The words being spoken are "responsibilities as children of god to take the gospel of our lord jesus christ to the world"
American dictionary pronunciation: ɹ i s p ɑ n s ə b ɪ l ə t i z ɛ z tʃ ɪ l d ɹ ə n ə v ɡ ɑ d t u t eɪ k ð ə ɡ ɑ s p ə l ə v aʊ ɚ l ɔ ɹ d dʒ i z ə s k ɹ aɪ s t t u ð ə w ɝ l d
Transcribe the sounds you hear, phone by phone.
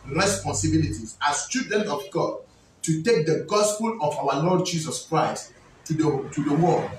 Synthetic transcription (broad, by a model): ɹ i s p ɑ n s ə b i l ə t i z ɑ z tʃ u d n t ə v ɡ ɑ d t u t eɪ k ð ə ɡ ɑ s p ə l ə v aʊ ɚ l ɔ d dʒ i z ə s k ɹ aɪ s t t u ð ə w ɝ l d